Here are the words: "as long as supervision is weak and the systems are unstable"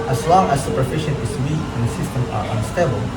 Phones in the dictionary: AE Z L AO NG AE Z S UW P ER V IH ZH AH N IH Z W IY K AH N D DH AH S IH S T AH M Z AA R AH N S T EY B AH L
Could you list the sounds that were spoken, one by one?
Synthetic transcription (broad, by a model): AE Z L AO NG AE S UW P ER F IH SH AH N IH S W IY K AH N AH S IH S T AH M AA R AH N S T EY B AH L